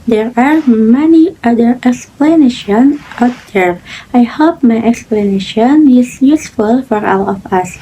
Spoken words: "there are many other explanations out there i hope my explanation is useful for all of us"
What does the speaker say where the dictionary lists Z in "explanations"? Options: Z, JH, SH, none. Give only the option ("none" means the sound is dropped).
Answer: none